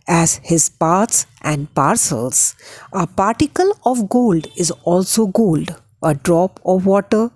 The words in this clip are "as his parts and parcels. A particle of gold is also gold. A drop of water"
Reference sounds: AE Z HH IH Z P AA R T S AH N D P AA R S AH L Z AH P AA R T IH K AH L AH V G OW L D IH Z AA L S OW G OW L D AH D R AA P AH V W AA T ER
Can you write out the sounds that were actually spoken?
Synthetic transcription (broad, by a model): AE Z HH IH Z P AA R T S AH N D P AA R S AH L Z AH P AA R T IH K AH L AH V G OW L D IH Z AA L S OW G OW L D AH D R AA P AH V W AA T ER